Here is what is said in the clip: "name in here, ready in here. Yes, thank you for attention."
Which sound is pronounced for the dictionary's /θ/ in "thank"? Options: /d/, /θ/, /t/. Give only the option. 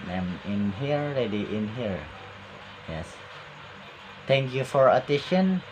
/t/